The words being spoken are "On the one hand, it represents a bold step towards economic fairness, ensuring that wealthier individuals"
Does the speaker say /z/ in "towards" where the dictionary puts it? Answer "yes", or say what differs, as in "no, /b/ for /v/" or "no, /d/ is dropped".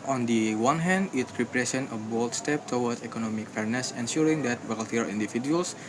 no, /z/ is dropped